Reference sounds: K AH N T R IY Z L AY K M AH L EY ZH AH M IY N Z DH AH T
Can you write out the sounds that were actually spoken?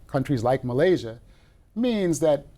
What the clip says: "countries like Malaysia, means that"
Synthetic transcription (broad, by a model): K AH N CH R IY Z L AY K M AH L EY ZH AH M IY N Z DH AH T